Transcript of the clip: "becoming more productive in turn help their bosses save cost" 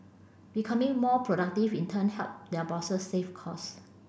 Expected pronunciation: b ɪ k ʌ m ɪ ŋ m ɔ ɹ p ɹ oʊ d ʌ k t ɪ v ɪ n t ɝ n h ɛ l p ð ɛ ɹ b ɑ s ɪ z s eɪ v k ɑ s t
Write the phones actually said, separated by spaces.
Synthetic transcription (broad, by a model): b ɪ k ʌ m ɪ ŋ m ɔ p ɹ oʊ d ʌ k t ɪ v ɪ n t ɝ n h ɛ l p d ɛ b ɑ s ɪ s eɪ f k ɑ s